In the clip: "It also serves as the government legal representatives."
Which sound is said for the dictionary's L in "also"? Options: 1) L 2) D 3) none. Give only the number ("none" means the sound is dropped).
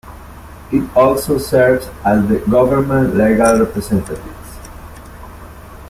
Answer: 1